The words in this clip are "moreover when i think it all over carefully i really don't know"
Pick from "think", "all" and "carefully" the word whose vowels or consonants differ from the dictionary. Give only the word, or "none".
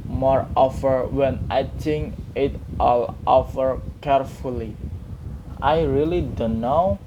think